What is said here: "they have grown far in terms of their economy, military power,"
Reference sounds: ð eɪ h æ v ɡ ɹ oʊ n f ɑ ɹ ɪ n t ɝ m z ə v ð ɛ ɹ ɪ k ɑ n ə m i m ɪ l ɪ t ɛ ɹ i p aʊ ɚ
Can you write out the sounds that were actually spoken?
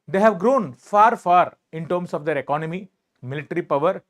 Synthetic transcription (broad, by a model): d eɪ h æ v ɡ ɹ oʊ n f ɑ ɹ ɪ n t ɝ m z ə v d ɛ ɹ ɪ k ɑ n ə m i m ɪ l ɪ t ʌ ɹ i p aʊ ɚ